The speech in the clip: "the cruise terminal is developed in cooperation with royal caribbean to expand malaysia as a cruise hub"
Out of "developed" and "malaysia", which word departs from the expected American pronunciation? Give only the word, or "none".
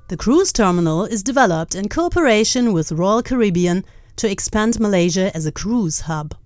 none